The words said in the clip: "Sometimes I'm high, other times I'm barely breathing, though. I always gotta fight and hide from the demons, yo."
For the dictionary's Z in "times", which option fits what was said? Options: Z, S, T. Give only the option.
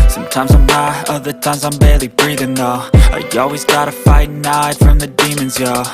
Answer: Z